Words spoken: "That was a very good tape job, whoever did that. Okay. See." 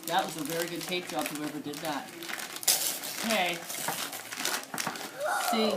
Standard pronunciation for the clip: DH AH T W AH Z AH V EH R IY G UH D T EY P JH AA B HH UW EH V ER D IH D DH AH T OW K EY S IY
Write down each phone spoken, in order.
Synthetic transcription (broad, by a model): DH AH T W AH Z AH V EH R IY G UH D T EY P ZH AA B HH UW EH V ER D IH D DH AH T OW K EY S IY